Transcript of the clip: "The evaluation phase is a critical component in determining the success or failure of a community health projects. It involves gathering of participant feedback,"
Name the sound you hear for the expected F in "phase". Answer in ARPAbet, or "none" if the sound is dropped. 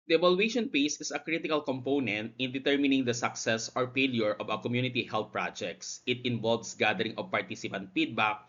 P